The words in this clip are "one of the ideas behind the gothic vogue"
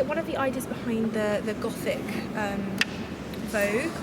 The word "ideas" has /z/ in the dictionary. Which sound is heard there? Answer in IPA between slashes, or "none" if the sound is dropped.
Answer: /z/